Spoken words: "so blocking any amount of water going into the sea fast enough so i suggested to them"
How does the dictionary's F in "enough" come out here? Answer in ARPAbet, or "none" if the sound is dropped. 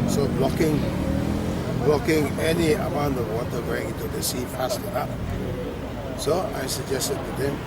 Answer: P